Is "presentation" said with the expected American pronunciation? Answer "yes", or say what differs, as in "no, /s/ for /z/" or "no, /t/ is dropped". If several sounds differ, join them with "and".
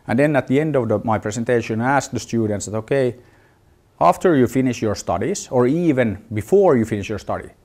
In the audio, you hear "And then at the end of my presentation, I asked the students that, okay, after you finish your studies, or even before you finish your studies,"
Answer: no, /s/ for /z/